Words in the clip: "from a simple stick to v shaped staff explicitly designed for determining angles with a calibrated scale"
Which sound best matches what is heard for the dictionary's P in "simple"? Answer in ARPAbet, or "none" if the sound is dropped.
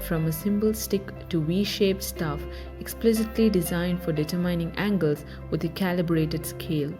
B